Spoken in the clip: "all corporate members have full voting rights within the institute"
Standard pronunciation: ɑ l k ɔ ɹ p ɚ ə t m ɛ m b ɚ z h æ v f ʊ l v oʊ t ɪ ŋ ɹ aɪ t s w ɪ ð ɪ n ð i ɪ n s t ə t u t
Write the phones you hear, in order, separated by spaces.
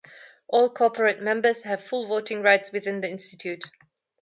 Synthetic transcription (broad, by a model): ɑ l k ɔ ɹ p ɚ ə t m ɛ m b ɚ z h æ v f ʊ l v oʊ t ɪ ŋ ɹ aɪ t s w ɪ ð ɪ n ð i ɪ n s t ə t u t